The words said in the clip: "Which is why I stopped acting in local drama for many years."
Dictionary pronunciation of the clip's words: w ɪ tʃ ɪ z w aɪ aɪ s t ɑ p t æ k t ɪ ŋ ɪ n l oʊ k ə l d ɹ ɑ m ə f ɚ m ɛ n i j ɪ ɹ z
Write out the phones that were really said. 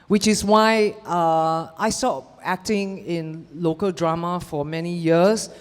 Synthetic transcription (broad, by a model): w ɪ tʃ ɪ s w aɪ aɪ s t ɑ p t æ k t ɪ ŋ ɪ n l oʊ k ə l d ɹ ɑ m ə f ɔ m ɛ n i j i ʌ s